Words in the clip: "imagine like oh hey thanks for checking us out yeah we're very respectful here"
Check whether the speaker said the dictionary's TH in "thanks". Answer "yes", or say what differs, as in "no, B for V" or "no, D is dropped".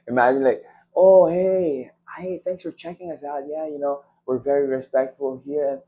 yes